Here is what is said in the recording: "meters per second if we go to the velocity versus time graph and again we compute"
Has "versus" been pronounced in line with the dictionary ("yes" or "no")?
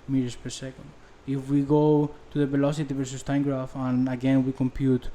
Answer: yes